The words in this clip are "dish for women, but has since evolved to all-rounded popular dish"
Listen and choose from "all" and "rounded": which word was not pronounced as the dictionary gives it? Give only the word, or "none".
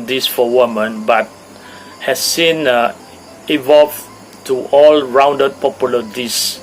none